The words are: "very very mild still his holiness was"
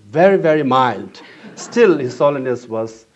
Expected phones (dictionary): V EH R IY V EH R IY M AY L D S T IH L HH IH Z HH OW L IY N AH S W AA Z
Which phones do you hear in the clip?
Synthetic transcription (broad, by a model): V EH R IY V EH R IY M AY L D S T IH L HH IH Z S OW L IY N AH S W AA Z